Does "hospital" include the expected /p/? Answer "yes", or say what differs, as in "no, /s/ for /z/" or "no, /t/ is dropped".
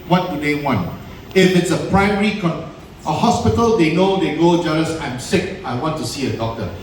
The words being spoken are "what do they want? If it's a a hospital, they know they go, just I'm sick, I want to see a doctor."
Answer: yes